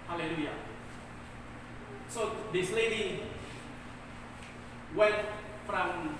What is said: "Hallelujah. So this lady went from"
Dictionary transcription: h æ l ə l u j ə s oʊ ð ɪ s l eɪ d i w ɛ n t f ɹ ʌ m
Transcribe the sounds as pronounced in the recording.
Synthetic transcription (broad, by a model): h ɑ l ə l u j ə s oʊ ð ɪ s l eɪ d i w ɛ t f ɹ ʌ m